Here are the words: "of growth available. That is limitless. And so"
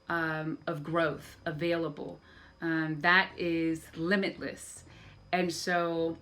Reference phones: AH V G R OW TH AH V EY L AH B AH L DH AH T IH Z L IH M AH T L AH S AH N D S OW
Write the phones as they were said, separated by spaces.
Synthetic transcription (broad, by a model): AH V G R OW TH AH V EY L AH B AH L DH AH T IH Z L IH M AH T L AH S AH N S OW